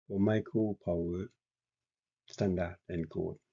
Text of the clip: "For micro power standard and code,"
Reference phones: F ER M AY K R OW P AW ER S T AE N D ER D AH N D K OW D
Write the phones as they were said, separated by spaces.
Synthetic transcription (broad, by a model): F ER M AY K OW P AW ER S T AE N D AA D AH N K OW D